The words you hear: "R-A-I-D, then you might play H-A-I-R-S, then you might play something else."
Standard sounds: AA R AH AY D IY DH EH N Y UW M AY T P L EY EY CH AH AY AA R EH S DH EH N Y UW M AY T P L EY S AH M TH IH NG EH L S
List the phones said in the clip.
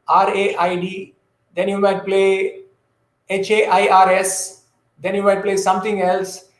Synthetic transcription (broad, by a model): AA R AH AY D IY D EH N Y UW M AY T P L EY EY CH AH AY AA R EH S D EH N Y UW M AY T P L EY S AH M T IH NG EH L S